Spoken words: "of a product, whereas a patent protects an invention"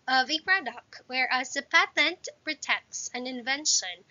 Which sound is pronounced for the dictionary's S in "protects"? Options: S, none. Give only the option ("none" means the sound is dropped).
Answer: S